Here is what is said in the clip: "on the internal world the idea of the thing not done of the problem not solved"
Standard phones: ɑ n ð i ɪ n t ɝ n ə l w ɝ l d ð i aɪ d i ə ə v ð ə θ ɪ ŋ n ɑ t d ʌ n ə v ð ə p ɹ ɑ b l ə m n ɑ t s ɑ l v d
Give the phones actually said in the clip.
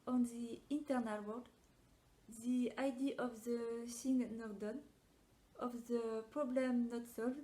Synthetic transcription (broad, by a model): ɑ n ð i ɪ n t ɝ n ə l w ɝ d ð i aɪ d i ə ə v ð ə s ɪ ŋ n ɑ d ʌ n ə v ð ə p ɹ ɑ b l ə m n ɑ t s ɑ l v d